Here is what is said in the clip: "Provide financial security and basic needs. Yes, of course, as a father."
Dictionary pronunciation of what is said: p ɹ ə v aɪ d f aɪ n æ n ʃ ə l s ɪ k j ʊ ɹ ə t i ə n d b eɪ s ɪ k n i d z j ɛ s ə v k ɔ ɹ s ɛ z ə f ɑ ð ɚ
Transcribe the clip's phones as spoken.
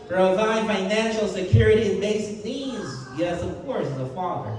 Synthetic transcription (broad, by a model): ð ɹ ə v aɪ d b aɪ n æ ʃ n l s ɪ k j ʊ ɹ ə t i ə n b eɪ ɪ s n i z j ɛ s ə v k ɔ ɹ s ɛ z ə f ɑ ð ɚ